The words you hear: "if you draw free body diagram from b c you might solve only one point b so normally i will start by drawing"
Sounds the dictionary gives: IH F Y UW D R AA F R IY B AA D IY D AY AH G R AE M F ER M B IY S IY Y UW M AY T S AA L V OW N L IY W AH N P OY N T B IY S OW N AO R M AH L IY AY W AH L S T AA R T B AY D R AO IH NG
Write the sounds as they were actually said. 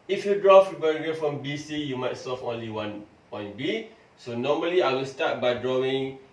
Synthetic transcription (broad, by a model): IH F Y UW D R AA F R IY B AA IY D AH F R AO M M B IY S IY Y UW M AY T S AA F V OW N L IY W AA N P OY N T B IY S OW N AO M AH L IY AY W AH L S T AA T B AY D R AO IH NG